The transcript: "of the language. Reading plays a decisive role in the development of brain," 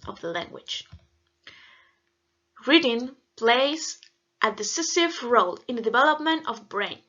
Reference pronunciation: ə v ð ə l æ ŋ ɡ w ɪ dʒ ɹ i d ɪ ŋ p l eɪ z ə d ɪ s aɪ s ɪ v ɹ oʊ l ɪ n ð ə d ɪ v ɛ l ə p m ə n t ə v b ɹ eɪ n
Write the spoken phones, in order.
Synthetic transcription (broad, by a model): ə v ð ə l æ ŋ ɡ w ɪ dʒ ɹ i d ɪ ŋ p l eɪ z ə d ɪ s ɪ s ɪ v ɹ oʊ l ɪ n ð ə d ɪ v ɛ l ə p m ə n t ə v b ɹ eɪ n